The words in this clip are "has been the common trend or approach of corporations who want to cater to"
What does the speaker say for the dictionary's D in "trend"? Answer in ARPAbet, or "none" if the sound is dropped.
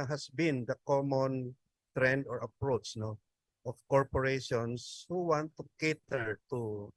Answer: D